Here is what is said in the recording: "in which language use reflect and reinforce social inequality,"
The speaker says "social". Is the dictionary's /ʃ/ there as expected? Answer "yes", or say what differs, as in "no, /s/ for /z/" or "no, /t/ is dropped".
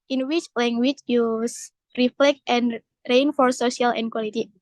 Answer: no, /ʃ/ is dropped